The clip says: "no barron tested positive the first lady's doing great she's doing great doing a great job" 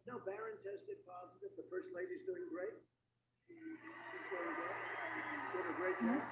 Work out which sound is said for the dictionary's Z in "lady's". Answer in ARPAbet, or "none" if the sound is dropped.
Z